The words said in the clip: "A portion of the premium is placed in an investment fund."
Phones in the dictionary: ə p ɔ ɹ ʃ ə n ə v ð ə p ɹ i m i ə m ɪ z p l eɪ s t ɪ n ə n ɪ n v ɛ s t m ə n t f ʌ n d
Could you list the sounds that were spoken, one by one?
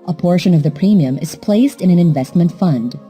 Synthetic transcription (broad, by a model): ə p ɔ ɹ ʃ ə n ə v ð ə p ɹ i m i ə m ɪ z p l eɪ s t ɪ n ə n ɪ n v ɛ s t m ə n t f ʌ n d